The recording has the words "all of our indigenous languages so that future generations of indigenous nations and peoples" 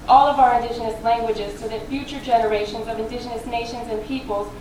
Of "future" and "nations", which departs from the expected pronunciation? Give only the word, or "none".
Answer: none